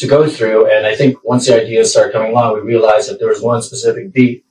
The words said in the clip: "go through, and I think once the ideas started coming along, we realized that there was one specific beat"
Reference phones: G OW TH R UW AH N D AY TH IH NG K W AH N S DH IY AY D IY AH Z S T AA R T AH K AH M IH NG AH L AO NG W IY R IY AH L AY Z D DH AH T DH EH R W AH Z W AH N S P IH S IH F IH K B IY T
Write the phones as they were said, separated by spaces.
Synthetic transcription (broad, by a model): G OW TH R UW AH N AY TH IH NG K W AH N S DH IY AY D IY AH Z S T AA R T K AH M IH NG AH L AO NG W IY R IY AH L AY Z DH AH T DH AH R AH Z W AH N S P IH S IH F IH K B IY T